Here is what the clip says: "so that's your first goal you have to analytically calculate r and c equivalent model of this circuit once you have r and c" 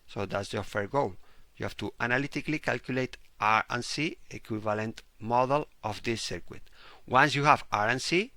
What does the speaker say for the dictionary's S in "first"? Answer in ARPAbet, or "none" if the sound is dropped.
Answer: none